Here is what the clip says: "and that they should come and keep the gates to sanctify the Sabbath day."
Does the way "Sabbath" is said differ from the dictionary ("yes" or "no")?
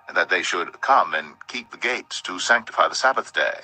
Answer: no